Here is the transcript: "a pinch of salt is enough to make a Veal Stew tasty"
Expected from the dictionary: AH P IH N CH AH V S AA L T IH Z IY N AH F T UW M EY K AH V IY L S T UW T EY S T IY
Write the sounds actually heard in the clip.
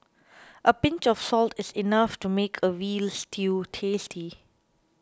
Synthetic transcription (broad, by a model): AH P IH N CH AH F S AA L T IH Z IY N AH F T UW M EY K AH W IY L S T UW T EY S T IY